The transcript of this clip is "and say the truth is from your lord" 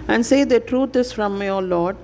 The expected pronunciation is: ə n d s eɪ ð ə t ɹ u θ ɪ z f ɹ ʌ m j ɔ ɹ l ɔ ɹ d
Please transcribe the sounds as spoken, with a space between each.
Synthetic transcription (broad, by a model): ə n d s eɪ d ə t ɹ u t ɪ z f ɹ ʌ m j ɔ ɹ l ɔ ɹ d